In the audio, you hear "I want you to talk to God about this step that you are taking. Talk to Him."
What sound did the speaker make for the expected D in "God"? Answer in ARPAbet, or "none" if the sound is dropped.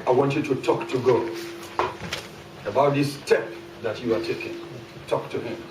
none